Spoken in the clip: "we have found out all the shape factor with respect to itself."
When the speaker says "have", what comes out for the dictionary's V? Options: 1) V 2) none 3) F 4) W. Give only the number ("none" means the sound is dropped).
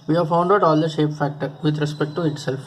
1